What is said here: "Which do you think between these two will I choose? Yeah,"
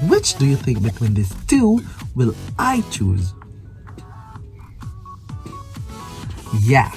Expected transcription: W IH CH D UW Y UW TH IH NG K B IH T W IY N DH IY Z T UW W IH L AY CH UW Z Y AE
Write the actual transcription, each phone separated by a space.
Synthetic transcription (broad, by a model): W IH CH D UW Y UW TH IH NG K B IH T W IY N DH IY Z T UW W IH L AY CH UW Z Y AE